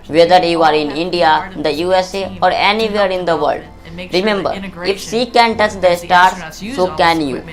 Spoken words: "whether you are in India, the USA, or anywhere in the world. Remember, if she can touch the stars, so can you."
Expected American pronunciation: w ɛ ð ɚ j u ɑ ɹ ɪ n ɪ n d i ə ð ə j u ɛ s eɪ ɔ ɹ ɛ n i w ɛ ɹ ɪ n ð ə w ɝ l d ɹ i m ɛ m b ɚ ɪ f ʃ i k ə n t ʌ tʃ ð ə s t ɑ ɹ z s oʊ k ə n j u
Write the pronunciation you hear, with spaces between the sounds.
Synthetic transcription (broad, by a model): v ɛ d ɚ j u ɑ ɹ ɪ n ɪ n d i ə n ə j u ɛ s eɪ ɔ ɹ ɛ n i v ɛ ɹ ɪ n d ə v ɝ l d ɹ i m ɛ m b ɚ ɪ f s i k ə n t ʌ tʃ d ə s t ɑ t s s oʊ k ə n j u